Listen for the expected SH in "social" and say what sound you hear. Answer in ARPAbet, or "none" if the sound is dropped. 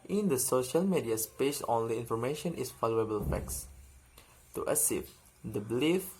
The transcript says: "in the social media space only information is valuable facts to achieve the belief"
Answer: SH